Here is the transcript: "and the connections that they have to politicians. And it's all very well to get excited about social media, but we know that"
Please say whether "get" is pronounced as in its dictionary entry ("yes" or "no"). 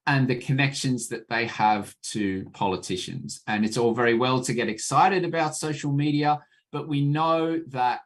yes